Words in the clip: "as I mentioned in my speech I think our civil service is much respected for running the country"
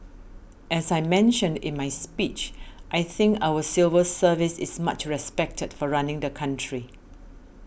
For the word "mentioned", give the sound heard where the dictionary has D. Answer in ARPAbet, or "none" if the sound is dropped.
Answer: D